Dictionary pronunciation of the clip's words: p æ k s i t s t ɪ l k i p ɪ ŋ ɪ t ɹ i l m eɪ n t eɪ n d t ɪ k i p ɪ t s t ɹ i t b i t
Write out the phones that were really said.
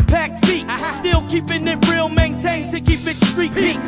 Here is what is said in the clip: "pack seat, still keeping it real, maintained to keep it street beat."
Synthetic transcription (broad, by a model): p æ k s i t s t ɪ l k i p ɪ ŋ ɪ t ɹ i l m eɪ n t eɪ n t ɪ k i p ɪ t s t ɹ i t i